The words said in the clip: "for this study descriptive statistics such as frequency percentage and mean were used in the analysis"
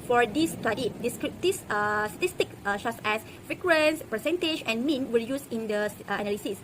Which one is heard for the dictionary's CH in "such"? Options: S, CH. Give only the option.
S